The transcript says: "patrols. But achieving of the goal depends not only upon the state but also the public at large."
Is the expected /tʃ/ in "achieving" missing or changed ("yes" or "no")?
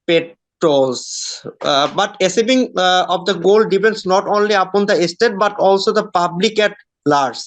yes